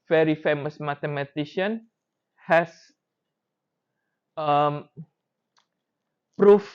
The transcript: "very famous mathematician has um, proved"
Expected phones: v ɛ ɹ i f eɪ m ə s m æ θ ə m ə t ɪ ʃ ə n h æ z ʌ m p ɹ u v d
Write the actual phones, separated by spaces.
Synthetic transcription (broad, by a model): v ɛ ɹ i f eɪ m ə s m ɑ t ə m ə t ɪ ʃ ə n h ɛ s ʌ m p ɹ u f